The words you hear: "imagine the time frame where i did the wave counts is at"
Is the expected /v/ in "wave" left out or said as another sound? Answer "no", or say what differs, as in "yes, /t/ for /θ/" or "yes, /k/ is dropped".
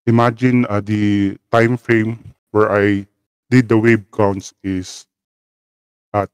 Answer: yes, /b/ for /v/